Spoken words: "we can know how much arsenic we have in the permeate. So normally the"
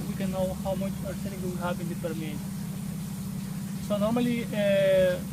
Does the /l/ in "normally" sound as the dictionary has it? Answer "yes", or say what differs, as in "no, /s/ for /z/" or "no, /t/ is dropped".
no, /l/ is dropped